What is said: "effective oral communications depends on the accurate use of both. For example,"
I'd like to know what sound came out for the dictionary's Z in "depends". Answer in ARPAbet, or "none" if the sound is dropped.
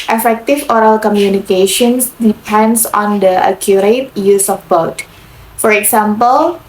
S